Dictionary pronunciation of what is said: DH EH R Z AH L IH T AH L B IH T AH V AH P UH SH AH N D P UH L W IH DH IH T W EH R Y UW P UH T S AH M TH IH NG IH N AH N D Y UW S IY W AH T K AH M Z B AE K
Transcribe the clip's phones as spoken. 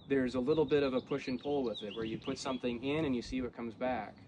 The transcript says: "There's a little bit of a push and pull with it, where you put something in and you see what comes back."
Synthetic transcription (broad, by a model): DH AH R Z AH L IH T L B IH T AH V AH P UH SH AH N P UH L W IH DH IH T W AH R Y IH P UH T S AH M TH IH NG IH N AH N Y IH S IY W AH T K AH M Z B AE K